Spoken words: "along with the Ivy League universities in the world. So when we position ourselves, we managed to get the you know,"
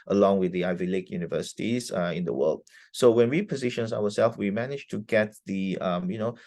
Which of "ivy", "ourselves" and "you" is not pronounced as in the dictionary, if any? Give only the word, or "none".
ourselves